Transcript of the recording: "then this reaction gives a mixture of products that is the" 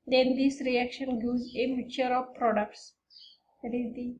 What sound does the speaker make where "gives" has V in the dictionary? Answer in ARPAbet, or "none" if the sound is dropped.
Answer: none